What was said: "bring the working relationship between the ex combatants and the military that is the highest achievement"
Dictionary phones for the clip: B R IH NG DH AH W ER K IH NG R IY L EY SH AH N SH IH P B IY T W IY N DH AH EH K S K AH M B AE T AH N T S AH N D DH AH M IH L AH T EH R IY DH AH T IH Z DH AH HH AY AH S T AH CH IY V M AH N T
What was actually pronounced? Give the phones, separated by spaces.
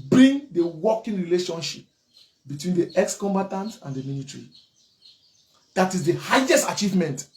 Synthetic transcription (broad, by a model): B R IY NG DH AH W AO K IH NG R IY L EY SH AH N SH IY P B IY T W IY N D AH EH K S K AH M B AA T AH N T AH N D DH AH M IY N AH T R IY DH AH T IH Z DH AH HH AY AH S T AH CH IY V M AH N T